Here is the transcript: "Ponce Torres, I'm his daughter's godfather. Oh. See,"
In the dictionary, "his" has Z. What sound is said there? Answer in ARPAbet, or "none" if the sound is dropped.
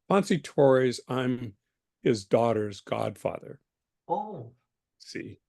Z